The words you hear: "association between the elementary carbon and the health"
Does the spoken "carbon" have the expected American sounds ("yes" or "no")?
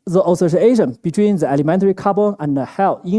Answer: no